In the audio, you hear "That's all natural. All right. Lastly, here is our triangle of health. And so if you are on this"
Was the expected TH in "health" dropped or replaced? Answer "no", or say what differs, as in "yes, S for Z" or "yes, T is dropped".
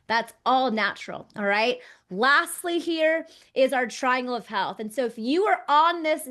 no